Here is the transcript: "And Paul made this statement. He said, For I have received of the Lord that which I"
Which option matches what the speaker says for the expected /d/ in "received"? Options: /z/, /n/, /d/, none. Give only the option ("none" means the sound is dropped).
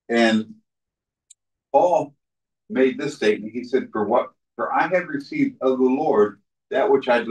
/d/